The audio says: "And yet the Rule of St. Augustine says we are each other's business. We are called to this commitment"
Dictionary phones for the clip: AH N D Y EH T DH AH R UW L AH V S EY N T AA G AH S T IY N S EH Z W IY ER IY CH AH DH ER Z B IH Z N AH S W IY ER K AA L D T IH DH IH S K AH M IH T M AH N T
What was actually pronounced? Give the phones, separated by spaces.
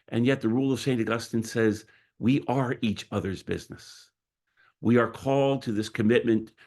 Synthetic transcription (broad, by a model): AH N Y EH T DH AH R UW L AH V S EY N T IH G AH S T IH N S EH Z W IY ER IY CH AH DH ER Z B IH Z N AH S W IY ER K AA L D T IH DH IH S K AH M IH T M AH N T